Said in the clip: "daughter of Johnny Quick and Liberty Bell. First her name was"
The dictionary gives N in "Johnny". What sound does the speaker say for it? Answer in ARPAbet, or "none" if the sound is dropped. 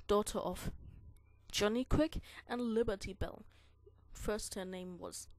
N